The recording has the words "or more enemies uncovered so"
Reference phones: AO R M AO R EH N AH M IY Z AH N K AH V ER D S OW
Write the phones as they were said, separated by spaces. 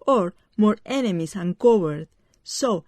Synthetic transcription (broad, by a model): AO R M AO R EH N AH M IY S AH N K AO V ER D S OW